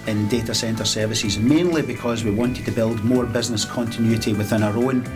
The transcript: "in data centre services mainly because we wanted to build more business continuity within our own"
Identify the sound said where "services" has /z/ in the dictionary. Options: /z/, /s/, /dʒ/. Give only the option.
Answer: /z/